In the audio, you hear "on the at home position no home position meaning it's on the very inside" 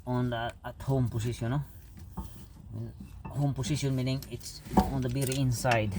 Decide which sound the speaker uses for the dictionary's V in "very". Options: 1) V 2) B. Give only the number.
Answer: 2